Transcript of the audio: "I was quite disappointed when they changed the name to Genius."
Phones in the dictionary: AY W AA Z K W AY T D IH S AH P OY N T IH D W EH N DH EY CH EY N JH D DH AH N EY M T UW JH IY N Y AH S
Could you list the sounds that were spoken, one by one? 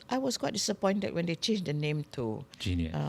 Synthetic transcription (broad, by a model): AY W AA S K W AY T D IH S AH P OY N T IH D W EH N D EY CH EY N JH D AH N EY M T UW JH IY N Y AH